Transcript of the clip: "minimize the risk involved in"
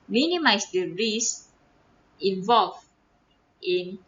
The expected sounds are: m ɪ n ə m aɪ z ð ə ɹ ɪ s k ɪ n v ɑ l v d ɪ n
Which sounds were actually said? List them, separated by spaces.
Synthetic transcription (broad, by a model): m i n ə m aɪ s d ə ɹ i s ɪ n v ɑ l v ɪ n